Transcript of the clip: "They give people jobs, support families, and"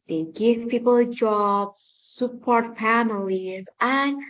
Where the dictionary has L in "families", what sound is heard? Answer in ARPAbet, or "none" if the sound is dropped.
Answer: L